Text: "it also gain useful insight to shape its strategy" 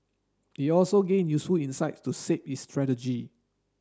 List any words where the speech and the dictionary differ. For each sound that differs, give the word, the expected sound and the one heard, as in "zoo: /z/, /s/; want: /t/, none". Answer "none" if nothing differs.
shape: /ʃ/, /s/